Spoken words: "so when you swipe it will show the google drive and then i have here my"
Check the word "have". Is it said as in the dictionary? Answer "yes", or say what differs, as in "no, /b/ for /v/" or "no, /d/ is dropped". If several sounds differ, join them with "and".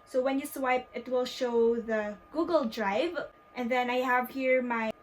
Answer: yes